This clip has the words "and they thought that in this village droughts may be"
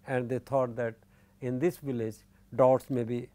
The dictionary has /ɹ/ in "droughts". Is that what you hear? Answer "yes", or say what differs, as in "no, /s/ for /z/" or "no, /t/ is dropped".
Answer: no, /ɹ/ is dropped